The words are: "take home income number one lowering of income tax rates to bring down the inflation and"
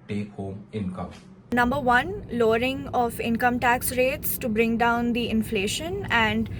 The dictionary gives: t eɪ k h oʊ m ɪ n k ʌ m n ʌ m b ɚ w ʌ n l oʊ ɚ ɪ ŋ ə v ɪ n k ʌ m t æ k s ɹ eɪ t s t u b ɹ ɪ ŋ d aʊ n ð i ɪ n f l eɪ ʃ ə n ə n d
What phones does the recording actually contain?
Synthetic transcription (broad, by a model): t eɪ k h oʊ m ɪ n k ʌ m n ʌ m b ɚ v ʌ n l oʊ ɚ ɪ ŋ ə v ɪ n k ʌ m t æ k s ɹ eɪ t s t u b ɹ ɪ ŋ d aʊ n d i ɪ n f l eɪ ʃ ə n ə n d